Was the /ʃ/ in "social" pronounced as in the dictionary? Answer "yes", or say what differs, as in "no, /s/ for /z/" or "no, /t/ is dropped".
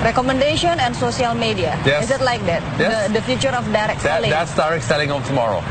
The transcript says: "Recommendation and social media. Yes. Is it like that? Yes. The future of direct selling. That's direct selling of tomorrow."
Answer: no, /s/ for /ʃ/